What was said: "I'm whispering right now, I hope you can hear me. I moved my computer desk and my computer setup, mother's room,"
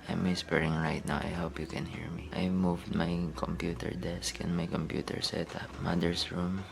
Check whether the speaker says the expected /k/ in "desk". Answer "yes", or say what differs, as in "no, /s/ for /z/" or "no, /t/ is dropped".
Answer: yes